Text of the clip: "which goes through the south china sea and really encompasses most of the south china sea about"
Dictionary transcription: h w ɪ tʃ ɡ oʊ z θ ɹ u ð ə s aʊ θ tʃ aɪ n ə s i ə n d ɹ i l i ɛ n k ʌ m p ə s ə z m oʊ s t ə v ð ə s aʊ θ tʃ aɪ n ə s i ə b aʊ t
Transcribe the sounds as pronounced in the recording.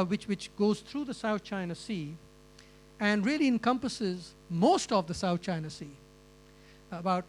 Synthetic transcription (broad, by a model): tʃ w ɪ tʃ ɡ oʊ z t ɹ u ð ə s aʊ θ tʃ aɪ n ə s i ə n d ɹ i l i ɛ n k ʌ m p ə s ə z m oʊ s t ə v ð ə s aʊ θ tʃ aɪ n ə s i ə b aʊ t